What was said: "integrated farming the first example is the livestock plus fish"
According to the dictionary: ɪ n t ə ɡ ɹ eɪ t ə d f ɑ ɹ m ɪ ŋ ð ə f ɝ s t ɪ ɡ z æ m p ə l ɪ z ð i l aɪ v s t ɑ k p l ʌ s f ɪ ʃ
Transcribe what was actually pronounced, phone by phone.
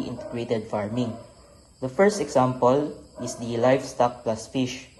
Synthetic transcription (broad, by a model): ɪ n t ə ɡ ɹ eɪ t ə d f ɑ ɹ m ɪ ŋ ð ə f ɝ s t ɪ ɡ s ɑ m p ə l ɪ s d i l aɪ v s t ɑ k p l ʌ s f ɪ ʃ